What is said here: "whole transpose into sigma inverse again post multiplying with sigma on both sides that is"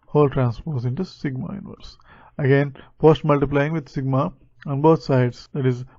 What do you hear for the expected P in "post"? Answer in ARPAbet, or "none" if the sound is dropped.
F